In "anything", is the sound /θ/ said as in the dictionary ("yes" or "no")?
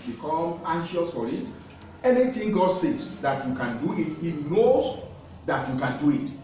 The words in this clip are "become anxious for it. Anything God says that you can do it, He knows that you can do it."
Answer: no